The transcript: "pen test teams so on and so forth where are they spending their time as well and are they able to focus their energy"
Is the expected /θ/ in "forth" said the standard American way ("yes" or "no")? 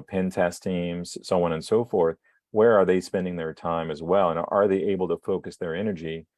yes